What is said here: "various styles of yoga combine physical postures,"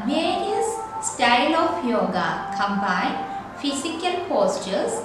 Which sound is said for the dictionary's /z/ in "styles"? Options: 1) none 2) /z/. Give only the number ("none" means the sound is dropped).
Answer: 1